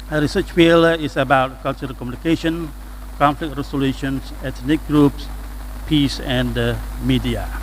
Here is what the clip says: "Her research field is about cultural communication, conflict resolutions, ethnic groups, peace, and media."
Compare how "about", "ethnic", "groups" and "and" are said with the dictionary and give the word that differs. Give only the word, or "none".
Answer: ethnic